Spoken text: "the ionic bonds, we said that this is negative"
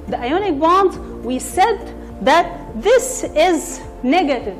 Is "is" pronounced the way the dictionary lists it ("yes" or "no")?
yes